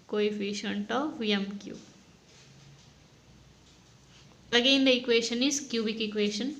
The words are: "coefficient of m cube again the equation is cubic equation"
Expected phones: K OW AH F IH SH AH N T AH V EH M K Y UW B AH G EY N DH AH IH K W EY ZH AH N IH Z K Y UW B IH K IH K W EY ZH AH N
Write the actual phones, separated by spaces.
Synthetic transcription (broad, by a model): K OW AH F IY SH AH N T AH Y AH M K Y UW AH G EY N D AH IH K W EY SH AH N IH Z K Y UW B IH K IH K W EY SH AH N